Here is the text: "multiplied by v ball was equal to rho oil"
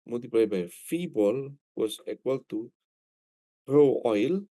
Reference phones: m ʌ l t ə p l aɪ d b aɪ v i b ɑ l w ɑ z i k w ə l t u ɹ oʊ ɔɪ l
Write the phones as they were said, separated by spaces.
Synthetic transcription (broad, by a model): m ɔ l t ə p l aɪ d b aɪ f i b ɑ l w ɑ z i k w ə l t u ɹ oʊ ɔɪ l